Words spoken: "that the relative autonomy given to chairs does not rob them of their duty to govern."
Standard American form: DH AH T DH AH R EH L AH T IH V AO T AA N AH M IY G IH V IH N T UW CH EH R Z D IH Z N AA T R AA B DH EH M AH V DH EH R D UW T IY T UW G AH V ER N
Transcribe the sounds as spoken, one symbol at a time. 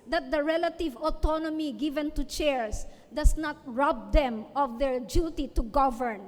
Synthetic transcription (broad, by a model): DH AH T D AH R EH L AH T IH V AO T AA N AH M IY G IH V IH N T UW CH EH R S D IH S N AA T R AA B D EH M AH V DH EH R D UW T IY T UW G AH V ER N